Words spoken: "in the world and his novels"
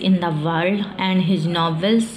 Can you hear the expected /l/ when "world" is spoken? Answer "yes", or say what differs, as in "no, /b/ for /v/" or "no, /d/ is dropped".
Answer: no, /l/ is dropped